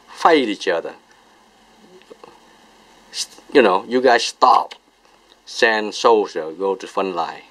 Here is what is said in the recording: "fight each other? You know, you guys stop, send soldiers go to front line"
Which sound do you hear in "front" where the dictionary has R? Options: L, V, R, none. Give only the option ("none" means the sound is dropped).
none